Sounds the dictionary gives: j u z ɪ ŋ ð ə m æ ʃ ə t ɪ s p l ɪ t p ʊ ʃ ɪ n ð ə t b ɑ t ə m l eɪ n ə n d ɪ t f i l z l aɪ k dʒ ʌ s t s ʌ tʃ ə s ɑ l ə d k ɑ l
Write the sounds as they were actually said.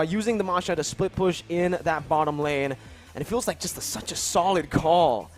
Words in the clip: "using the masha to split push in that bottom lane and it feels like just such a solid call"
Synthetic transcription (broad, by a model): j u z ɪ ŋ ð ə m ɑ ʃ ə t ɪ s p l ɪ t p ʊ ʃ ɪ n ð ə t b ɑ t ə m l eɪ n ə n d ɪ t f i l z l aɪ k ʒ ʌ s t s ʌ tʃ ə s ɑ l ə d k ɑ l